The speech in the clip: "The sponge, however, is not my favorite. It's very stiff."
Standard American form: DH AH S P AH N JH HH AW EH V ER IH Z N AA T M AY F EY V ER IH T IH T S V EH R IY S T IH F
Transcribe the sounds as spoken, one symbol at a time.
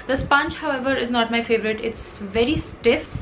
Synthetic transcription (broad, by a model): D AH S P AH N CH HH AW EH V ER IH Z N AA T M AY F EY V ER IH T IH T S V EH R IY S T IH F